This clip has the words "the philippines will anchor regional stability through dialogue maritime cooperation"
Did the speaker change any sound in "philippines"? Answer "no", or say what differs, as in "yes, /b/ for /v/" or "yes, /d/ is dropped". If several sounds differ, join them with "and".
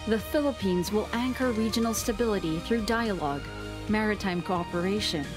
no